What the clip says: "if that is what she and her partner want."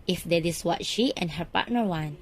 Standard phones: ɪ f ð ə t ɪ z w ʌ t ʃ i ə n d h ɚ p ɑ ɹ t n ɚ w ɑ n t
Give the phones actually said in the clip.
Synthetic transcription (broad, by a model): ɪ f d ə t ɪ s w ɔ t ʃ i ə n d h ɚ p ɑ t n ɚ w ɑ n